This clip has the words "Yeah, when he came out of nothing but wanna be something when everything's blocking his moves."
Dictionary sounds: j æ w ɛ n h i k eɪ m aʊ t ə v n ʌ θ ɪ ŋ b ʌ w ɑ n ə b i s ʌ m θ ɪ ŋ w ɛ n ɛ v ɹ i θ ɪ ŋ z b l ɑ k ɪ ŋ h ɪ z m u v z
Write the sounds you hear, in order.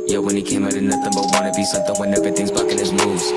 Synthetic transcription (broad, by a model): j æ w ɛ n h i k eɪ m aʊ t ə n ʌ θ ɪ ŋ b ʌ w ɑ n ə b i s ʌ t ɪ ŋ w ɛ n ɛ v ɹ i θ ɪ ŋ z b ɑ k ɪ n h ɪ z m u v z